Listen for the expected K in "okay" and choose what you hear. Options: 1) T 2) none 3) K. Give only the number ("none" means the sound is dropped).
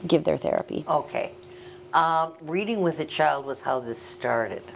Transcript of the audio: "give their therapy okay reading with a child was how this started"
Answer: 3